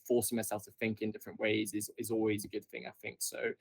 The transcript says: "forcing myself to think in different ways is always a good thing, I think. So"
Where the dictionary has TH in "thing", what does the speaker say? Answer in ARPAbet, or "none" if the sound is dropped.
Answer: TH